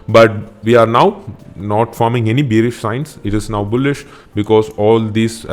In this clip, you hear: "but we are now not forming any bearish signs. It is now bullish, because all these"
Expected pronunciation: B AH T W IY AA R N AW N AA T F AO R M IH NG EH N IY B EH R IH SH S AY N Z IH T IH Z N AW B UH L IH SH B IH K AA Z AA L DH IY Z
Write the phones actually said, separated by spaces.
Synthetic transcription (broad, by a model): B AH T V IY AA R N AW N AA T F AO R M IH NG EH N IY B EH R IH SH S AY N S IH T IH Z N AW B UH L IH SH B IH K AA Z AA L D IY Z